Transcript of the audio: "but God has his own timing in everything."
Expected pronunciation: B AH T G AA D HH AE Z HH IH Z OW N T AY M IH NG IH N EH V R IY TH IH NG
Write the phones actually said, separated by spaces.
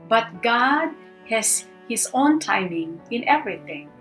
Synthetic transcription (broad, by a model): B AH T G AA D HH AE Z HH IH S OW N T AY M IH NG IH N EH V R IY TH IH NG